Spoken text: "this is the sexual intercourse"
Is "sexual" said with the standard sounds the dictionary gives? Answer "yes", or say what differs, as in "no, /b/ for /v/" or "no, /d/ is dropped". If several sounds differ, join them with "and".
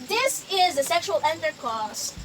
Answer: yes